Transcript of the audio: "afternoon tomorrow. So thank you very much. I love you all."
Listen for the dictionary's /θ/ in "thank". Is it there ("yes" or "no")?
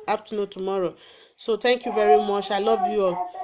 no